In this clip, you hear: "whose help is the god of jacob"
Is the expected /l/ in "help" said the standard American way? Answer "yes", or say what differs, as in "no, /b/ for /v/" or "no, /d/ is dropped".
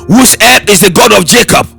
no, /l/ is dropped